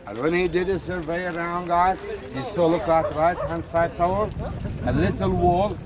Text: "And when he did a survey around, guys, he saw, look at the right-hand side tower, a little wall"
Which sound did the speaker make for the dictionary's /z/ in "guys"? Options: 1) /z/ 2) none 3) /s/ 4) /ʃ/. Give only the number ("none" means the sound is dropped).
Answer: 2